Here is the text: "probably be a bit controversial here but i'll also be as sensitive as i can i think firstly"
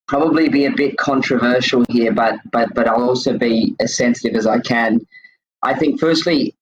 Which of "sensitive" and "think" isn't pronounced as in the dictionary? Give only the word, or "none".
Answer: none